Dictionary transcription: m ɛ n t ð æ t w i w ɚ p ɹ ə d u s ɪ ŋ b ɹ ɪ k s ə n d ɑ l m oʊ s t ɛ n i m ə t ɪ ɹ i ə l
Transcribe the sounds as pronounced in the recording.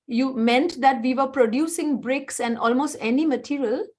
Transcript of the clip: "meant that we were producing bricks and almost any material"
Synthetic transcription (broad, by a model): m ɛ n t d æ t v i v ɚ p ɹ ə d u s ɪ ŋ b ɹ ɪ k s ə n d ɑ l m oʊ s t ɛ n i m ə t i ɹ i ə l